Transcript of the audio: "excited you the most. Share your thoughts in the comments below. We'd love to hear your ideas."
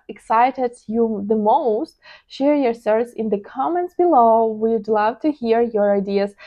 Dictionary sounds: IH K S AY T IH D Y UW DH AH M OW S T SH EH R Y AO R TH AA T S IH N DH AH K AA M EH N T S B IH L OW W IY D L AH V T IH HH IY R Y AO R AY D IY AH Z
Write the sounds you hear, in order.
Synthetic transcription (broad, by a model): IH K S AY T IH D Y UW DH AH M OW S T SH EH R Y AO R S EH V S IH N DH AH K AA M EH N T S B IH L OW W IY D L AH V T IH HH IY R Y AO R AY D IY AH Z